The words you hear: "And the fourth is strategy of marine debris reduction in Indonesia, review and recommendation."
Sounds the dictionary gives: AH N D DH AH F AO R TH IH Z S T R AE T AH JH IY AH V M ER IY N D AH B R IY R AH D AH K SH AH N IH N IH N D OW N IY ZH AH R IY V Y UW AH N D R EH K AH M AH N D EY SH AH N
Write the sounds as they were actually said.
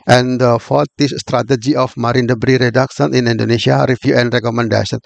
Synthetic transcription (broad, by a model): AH N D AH F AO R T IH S S T R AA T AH JH IY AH F M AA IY N D AH B R IY R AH D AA K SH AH N IH N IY N D OW N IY S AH R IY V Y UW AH N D R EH K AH M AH N D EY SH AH N